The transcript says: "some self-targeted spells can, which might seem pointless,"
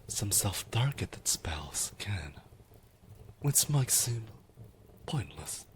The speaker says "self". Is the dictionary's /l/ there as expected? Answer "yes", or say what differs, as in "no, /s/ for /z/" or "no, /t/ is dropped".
yes